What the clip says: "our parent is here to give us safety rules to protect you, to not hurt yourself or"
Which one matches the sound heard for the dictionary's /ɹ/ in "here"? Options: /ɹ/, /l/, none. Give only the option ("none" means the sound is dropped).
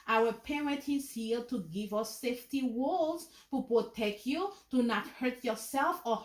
/l/